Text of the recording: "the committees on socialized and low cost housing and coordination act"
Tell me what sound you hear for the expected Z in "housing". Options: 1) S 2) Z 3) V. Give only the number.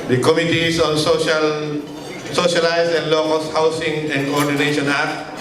1